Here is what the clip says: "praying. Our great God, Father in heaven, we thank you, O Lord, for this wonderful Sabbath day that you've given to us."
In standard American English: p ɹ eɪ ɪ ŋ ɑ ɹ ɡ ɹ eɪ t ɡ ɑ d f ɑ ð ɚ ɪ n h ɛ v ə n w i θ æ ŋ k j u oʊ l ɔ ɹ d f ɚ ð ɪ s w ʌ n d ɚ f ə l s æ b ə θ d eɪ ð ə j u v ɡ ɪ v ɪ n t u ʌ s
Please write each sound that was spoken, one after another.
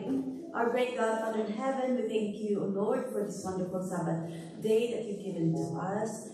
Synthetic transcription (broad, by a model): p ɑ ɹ ɡ ɹ eɪ t ɡ ɑ d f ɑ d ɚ ɪ n h ɛ v ə n w i θ æ ŋ k j u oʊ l ɔ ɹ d f ɚ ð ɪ s w ʌ n d ɚ f ə l s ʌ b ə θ d eɪ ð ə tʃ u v ɡ ɪ v ɪ n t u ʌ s